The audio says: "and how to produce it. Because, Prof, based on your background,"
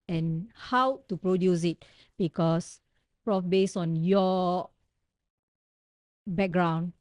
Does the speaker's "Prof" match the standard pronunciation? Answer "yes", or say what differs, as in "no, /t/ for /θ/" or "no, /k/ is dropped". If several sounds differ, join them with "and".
yes